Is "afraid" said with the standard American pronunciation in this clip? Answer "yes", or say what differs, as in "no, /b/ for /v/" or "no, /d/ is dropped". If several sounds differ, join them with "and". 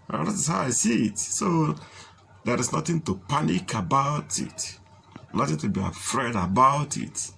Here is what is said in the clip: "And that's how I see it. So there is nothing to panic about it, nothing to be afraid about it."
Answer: yes